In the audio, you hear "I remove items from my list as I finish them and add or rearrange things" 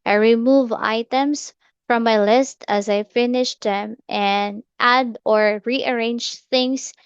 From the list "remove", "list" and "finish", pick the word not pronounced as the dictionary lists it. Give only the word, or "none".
none